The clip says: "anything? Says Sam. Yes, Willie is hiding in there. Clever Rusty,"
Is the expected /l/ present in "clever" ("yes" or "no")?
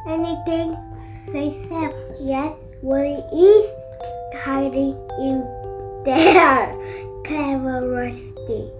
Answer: no